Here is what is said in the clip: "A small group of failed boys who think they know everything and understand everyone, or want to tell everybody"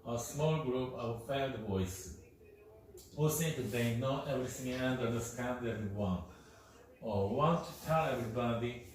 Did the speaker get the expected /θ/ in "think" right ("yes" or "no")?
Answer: no